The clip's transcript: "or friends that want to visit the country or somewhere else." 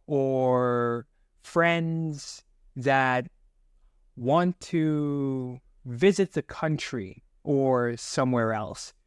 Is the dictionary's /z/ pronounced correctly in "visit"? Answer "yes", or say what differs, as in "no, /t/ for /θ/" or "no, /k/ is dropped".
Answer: yes